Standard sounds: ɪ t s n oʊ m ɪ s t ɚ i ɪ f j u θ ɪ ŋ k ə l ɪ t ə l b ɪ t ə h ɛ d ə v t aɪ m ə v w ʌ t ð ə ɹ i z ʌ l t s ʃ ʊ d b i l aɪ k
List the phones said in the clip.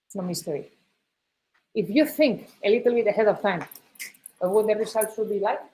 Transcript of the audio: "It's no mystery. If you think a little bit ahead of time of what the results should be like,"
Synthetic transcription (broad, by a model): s n oʊ m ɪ s t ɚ i ɪ f j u θ ɪ ŋ k ə l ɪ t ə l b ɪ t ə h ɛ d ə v t aɪ m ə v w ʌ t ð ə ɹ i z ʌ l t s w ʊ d b i l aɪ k